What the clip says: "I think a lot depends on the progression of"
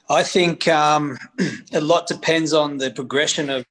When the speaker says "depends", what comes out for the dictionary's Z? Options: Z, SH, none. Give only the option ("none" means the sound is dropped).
Z